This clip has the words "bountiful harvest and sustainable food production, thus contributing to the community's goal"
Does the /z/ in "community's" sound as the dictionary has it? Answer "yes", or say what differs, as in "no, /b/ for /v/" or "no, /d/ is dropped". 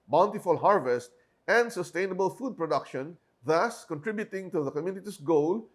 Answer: no, /s/ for /z/